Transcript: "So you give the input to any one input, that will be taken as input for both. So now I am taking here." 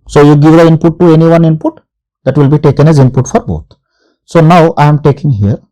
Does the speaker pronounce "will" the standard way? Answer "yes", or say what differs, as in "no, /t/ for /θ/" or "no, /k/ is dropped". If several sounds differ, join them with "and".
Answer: yes